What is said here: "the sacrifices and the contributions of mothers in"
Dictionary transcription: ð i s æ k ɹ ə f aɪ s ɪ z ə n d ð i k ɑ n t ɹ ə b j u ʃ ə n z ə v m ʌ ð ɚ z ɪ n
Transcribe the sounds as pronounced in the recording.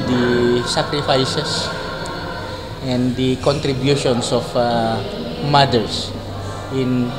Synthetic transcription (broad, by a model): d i s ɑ k ɹ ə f aɪ s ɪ s ə n d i k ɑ n t ɹ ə b j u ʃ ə n s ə f m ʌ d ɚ s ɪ n